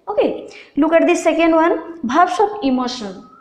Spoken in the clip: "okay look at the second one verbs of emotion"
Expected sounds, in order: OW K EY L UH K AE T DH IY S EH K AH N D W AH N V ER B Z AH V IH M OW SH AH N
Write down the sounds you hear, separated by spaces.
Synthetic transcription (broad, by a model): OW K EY L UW K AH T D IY S EH K AH N D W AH N B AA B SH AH P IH M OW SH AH N